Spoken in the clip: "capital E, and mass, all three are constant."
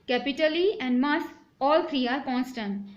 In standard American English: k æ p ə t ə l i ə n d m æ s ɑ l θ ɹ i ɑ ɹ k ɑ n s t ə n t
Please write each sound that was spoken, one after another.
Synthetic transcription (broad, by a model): k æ p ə t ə l i ə n d m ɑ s ɑ l f ɹ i ɑ ɹ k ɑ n s t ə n